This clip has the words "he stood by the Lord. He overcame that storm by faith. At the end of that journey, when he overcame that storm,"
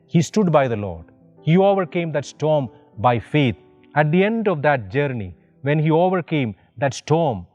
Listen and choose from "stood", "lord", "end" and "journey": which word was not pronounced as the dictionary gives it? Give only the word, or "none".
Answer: none